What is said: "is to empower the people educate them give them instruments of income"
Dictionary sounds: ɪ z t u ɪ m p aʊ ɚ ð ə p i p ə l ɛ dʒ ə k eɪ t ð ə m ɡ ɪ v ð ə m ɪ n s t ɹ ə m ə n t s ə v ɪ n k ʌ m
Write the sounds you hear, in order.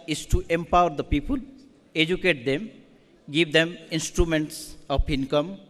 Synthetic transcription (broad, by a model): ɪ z t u ɪ m p aʊ ɚ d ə p i p ə l ɛ dʒ ə k eɪ t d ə m ɡ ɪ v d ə m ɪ n s t ɹ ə m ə n t s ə p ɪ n k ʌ m